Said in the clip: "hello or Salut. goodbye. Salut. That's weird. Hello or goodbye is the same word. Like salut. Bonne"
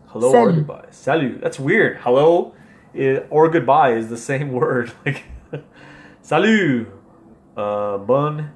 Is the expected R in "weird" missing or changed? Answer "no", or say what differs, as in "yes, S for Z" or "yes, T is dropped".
no